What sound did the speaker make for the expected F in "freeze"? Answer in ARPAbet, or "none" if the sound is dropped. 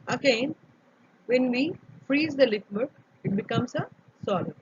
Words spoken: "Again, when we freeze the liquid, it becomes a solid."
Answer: F